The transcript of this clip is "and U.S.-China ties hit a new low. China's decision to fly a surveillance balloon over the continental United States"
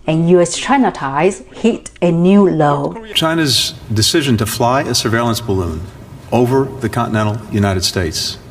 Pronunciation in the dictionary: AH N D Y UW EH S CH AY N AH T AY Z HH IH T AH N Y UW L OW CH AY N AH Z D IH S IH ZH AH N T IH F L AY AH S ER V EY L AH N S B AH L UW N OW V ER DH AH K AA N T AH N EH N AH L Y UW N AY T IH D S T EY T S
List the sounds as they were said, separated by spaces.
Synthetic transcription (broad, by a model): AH N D Y UW EH S CH AY N AH T AY Z HH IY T AH N Y UW L OW CH AY N AH Z D IH S IH ZH AH N T IH F L AY AH S ER V EY L AH N S B AH L UW N OW V ER DH AH K AA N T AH N EH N L Y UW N AY T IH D S T EY T S